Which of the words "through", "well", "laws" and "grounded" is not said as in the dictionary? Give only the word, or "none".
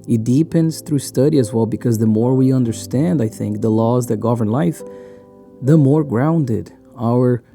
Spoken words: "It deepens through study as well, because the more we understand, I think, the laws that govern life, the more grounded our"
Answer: none